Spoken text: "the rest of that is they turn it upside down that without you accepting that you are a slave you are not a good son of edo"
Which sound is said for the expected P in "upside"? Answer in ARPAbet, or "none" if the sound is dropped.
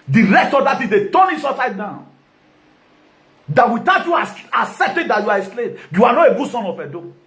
none